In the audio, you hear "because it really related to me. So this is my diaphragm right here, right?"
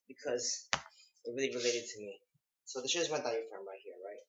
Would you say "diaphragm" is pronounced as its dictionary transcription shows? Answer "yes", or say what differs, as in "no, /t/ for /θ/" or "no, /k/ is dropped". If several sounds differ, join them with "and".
no, /ɹ/ is dropped